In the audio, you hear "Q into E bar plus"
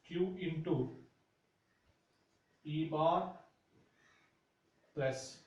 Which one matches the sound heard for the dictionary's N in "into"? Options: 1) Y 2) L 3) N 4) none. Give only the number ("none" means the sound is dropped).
3